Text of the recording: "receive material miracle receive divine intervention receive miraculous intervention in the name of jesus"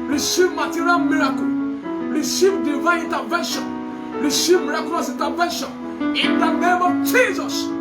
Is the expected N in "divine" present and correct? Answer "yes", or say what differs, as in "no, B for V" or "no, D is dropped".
no, N is dropped